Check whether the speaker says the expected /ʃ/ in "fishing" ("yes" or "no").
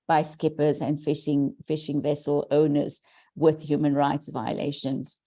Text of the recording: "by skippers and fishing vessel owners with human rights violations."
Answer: yes